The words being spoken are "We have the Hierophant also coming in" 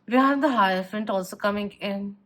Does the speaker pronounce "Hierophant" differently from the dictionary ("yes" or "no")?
yes